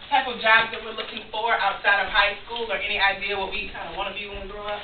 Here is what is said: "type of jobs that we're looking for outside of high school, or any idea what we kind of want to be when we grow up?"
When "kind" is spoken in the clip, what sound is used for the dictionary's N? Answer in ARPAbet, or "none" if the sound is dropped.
none